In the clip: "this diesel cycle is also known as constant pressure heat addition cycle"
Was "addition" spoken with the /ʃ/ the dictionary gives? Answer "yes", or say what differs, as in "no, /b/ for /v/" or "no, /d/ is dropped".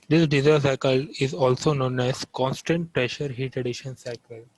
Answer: yes